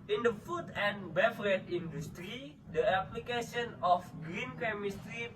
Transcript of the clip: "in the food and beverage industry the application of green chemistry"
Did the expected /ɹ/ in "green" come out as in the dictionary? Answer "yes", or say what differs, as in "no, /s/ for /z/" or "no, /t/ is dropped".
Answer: yes